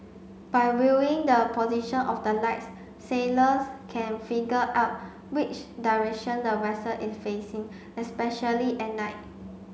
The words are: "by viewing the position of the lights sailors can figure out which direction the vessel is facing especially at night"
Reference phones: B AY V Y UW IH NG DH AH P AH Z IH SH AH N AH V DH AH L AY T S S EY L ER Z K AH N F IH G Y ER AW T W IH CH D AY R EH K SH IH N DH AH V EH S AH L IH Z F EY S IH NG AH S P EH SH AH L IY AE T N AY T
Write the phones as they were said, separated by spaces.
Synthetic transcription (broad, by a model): B AY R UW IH NG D AH P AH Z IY SH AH N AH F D AH L AY T S S EY L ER S K AH N F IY G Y AW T W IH CH D AY R EH K SH IH N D AH W EH S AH L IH S F EY S IH NG AH S P EH SH AH L IY T N AY T